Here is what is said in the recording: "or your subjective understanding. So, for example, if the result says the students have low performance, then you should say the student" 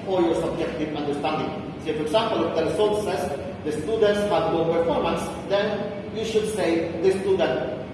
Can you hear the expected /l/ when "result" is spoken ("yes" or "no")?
no